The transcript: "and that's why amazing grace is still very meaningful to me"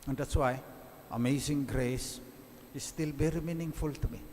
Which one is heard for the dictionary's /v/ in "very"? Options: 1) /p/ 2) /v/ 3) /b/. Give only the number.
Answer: 3